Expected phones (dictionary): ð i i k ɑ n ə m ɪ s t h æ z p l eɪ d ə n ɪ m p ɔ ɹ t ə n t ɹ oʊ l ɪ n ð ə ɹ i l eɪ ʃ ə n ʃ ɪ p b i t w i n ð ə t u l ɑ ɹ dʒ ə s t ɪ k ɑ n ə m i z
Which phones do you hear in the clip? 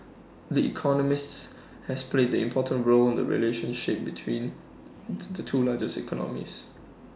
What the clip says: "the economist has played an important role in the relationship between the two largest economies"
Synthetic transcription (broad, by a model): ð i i k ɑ n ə m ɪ s t h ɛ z p l eɪ d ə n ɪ m p ɔ t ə n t ɹ oʊ l ɪ n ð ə ɹ i l eɪ ʃ ə n ʃ ɪ p b i t w i n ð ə t u l ɑ dʒ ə s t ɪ k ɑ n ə m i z